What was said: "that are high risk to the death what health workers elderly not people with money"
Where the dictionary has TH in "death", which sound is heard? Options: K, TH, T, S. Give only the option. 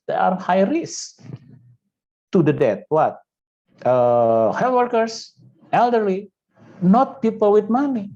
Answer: T